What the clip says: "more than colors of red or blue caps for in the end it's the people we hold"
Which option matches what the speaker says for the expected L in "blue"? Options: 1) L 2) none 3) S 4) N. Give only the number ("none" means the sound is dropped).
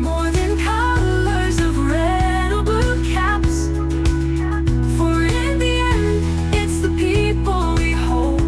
2